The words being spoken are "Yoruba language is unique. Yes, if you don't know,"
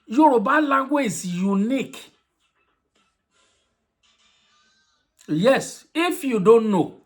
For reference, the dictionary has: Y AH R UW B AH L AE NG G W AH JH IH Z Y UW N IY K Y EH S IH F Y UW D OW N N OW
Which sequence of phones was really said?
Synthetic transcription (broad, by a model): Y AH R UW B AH L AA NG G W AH Z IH Y UW N IY K Y EH S IH F Y UW D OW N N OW